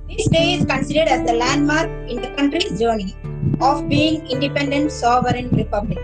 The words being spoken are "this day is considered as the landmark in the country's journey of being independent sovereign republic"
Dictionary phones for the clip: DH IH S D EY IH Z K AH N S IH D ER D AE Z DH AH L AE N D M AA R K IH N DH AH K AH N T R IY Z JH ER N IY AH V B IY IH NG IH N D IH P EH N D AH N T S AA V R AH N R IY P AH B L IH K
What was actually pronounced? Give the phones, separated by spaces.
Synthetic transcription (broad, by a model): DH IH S D EY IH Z K AH N S IH D ER D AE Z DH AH L AE N D M AA R K IH N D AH K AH N T R IY JH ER N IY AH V B IY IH NG IH N D IH P EH N D AH N T S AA V R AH N R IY P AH B L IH K